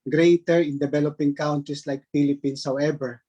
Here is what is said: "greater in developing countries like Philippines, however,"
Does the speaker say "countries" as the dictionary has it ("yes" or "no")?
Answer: no